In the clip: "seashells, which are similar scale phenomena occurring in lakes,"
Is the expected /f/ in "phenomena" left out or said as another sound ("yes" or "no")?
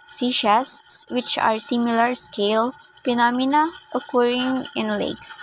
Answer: yes